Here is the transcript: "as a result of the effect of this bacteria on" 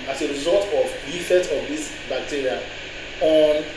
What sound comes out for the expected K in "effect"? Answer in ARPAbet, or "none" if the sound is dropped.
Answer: none